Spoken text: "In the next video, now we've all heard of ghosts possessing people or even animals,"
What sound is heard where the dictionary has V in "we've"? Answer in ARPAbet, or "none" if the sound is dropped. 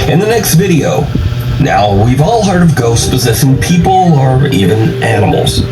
V